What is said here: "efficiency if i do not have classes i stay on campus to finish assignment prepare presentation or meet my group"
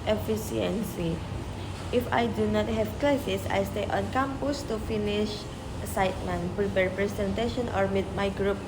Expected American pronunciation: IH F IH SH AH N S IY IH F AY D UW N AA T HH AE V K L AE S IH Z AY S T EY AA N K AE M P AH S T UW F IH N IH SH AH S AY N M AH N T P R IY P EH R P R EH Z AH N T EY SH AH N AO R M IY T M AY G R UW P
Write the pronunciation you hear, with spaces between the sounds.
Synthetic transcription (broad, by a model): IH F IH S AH N S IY IH F AY D UW N AA T HH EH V K L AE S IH S AY S T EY AA N K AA M P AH S T UW F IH N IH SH S AY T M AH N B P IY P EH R P R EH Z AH N T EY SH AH N AO R M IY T M AY G R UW P